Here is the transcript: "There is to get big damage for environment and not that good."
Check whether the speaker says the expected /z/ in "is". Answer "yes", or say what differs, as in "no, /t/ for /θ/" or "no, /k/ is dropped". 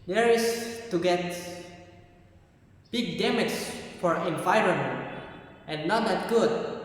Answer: no, /s/ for /z/